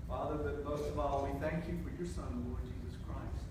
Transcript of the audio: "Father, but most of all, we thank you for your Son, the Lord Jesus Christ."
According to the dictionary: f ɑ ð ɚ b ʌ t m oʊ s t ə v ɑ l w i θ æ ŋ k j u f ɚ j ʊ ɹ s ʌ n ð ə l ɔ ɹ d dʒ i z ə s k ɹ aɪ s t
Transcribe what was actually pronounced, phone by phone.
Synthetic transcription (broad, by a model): f ɑ ð ɚ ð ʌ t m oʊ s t ə v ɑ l w i θ æ ŋ k j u f ɚ j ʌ ɹ s ʌ n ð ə l ɔ ɹ d dʒ i z ə s k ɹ aɪ s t